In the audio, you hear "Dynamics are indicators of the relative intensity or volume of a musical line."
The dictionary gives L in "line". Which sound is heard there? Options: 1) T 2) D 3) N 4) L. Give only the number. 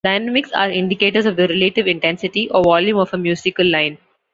4